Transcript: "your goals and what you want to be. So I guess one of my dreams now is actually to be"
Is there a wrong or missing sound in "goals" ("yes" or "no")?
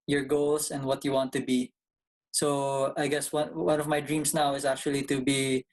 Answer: yes